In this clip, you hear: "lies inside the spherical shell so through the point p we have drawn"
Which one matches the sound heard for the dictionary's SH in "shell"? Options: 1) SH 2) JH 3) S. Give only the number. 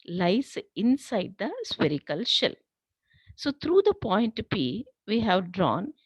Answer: 1